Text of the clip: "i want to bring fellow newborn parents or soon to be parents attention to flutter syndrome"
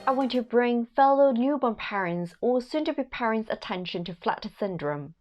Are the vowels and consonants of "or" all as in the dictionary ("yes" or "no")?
no